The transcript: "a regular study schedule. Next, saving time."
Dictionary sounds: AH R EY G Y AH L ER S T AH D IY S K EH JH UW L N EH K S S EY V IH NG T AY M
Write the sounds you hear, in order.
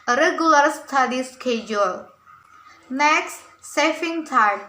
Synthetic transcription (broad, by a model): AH R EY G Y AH L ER S T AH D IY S K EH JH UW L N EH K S S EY F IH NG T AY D